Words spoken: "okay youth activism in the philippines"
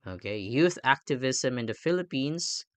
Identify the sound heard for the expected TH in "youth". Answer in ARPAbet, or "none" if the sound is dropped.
TH